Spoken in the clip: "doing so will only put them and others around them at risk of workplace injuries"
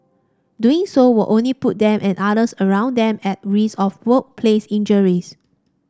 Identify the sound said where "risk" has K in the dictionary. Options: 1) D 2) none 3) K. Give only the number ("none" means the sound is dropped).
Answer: 2